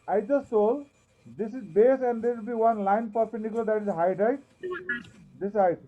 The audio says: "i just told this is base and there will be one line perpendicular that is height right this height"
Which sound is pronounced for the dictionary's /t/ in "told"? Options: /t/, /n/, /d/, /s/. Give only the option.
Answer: /s/